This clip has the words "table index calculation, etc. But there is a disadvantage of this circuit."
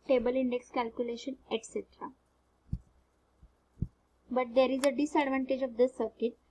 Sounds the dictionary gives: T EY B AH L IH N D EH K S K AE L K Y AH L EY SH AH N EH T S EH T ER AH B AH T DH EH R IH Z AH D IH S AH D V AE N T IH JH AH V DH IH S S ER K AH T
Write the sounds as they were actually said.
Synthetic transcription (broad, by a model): T EY B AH L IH N D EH K S K AE L K Y AH L EY SH AH N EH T S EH T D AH B AH T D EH R IH Z AH D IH S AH D V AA N T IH JH AH V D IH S S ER K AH T